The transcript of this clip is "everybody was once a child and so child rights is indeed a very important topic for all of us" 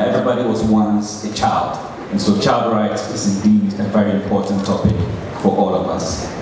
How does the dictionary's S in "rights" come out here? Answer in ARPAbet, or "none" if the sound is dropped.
none